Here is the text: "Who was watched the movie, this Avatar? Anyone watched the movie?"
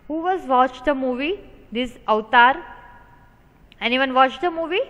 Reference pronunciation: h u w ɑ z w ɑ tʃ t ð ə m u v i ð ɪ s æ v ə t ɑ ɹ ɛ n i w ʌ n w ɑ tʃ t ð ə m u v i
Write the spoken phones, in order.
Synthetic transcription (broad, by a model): h u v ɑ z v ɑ tʃ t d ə m u v i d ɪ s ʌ ə t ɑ ɹ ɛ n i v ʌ n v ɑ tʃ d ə m u v i